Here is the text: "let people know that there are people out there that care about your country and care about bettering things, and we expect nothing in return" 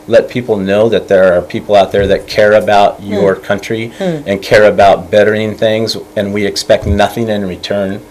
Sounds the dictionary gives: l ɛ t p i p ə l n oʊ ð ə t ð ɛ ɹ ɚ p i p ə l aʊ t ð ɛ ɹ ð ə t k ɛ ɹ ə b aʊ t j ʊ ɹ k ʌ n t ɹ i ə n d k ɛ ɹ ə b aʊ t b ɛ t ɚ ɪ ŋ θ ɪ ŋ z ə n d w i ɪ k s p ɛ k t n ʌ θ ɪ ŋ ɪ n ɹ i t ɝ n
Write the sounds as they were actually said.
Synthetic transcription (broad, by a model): l ɛ t p i p l n oʊ ð ə t ð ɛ ɹ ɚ p i p l aʊ t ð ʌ ɹ ð ə t k ɛ ɹ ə b aʊ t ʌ ɹ k ʌ n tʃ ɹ i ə n k ɛ ɹ ə b aʊ t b ɛ t ɚ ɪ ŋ θ ɪ ŋ z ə n w i ɪ k s p ɛ k t n ʌ θ ɪ ŋ ɪ n ɹ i t ɝ n